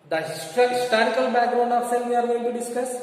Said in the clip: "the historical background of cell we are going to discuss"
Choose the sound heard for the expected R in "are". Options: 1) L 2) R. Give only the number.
2